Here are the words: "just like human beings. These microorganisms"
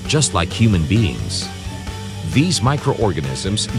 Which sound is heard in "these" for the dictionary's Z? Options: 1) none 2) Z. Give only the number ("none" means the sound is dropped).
2